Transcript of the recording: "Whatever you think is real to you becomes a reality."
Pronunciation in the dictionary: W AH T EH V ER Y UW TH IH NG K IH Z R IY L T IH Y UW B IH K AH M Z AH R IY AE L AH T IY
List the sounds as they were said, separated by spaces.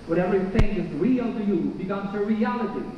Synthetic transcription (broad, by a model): W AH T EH V ER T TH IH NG IH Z R IY L T IH Y UW B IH K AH M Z AH R IY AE L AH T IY